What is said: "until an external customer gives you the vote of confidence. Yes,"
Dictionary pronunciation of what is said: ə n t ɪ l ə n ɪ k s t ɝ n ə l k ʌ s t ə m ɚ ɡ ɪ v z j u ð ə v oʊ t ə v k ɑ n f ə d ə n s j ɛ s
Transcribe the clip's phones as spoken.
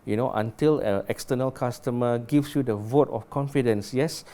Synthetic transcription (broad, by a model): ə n t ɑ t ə l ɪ k s t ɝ n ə l k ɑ s t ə m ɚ ɡ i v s j u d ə v oʊ t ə f k ɑ n f ə d ə n s j ɛ s